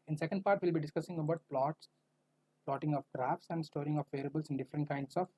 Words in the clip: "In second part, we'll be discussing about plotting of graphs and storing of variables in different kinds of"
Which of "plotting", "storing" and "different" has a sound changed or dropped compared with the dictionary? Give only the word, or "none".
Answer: none